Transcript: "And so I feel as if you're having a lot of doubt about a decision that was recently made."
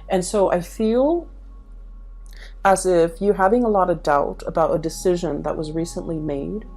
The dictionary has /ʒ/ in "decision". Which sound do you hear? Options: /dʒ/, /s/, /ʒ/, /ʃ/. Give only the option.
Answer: /ʒ/